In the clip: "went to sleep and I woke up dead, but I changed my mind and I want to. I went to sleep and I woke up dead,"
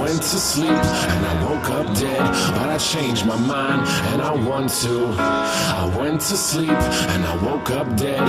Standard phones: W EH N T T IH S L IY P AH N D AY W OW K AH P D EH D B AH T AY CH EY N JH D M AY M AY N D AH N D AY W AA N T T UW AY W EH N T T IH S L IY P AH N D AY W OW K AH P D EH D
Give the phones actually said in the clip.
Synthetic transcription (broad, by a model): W EH N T T IH S L IY P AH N AY W OW K AH P D EH D B AH T AY CH EY N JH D M AY M AY N D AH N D AY W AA N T T UW AY W EH N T T IH S L IY P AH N AY W OW K AH P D EH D